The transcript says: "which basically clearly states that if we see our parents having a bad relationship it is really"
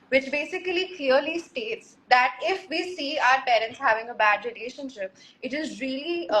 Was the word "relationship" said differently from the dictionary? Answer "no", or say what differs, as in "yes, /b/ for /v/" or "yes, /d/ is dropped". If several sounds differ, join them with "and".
no